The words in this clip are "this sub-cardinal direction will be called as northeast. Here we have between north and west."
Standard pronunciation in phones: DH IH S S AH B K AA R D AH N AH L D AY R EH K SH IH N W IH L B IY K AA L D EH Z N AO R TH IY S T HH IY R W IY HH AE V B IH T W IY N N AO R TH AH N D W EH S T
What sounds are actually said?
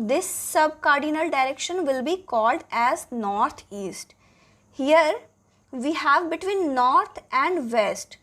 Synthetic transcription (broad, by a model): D IH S S AH B K AA R D AH N AH L D AY R EH K SH IH N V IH L B IY K AA L D EH Z N AO R T IY S T HH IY R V IY HH AE V B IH T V IY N N AO R T AH N D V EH S T